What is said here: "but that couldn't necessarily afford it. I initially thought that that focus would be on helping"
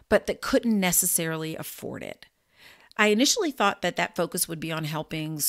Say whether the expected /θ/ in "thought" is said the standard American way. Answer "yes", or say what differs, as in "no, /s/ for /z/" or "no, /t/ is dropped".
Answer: yes